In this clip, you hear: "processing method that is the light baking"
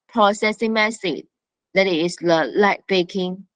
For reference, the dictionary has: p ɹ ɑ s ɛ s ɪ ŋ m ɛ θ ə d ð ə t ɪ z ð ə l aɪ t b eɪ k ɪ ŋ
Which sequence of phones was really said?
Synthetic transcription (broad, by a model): p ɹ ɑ s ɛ s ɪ ŋ m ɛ s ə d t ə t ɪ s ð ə l aɪ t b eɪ k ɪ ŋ